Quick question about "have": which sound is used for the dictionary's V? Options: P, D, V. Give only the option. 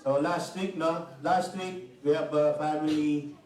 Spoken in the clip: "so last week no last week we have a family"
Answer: P